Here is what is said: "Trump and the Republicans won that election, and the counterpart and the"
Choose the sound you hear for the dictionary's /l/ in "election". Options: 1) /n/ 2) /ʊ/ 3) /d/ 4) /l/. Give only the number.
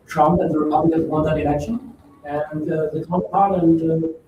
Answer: 1